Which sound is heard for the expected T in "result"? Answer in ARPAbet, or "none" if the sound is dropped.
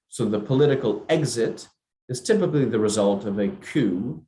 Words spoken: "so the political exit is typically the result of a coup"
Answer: T